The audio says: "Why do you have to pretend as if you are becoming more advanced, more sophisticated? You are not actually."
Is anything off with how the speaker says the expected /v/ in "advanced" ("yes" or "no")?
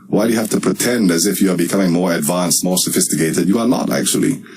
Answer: no